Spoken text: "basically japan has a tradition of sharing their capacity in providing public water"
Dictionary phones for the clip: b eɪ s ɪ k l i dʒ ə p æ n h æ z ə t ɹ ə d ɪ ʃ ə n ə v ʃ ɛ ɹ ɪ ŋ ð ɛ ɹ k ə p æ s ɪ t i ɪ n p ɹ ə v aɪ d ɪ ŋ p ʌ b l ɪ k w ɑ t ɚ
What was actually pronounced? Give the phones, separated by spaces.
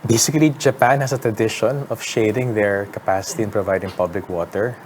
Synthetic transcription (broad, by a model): b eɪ s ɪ k l i dʒ ə p æ n h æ s ə t ɹ ə d ɪ ʃ ə n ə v ʃ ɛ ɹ ɪ ŋ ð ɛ ɹ k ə p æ s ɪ t i ɪ n p ɹ ə v aɪ d ɪ ŋ p ʌ b l ɪ k w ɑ t ɚ